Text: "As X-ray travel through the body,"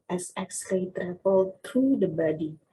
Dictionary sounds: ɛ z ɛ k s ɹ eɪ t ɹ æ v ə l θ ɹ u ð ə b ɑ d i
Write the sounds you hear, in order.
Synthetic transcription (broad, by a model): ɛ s ɛ k s l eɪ t ɹ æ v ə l t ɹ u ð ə b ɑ d i